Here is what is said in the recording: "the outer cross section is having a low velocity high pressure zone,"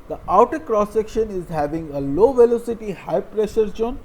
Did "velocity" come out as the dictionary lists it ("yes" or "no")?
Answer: yes